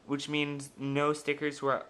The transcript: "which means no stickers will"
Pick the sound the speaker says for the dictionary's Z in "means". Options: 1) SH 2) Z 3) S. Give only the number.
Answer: 2